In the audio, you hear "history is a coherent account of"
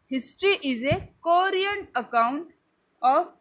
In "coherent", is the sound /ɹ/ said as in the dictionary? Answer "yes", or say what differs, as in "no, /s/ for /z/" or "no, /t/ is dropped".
no, /ɹ/ is dropped